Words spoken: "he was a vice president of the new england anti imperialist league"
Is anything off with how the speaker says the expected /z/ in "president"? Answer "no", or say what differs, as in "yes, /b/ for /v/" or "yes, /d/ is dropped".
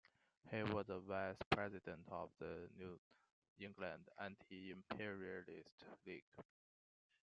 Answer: no